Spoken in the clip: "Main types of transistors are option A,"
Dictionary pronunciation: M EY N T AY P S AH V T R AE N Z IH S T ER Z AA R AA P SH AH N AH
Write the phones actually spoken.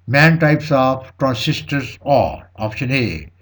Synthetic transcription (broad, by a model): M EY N T AY P S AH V T R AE N S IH S T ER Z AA L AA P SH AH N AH